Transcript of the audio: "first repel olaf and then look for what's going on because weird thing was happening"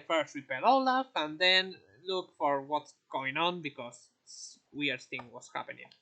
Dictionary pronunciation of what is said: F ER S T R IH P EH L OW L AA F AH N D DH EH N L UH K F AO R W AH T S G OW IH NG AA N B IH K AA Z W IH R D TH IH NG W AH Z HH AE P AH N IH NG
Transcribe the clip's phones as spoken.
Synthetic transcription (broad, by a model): F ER S T W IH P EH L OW L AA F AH N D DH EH N L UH K F AO R W AH T S G OW IH NG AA N B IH K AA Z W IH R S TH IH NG W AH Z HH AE P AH N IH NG